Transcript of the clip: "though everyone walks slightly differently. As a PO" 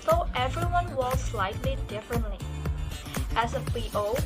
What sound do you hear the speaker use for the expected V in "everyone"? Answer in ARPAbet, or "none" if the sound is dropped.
V